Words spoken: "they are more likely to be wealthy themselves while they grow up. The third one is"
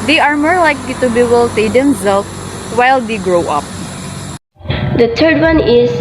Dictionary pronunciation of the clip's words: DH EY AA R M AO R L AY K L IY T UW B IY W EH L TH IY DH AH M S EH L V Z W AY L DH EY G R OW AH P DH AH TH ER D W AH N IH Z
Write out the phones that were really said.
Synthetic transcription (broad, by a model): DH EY AA R M AO R L AY K L IY T UW B IY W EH L S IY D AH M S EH L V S W AY L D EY G R OW AH P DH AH T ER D W AH N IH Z